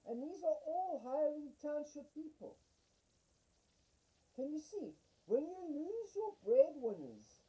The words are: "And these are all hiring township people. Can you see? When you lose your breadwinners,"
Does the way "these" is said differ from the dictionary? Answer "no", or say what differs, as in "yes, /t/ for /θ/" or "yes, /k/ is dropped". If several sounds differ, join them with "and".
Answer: no